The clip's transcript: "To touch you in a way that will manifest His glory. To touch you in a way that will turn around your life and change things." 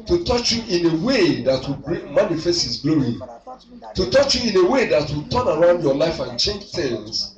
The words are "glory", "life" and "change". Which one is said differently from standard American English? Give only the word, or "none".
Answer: glory